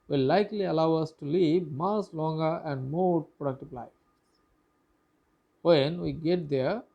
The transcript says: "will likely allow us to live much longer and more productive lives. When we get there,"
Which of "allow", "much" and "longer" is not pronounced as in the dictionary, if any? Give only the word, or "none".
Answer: much